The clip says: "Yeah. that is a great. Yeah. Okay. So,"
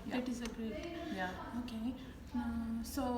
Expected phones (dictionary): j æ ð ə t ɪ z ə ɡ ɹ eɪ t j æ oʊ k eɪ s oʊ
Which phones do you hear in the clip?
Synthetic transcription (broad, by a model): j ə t ɪ z ə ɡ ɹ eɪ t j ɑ oʊ k eɪ s oʊ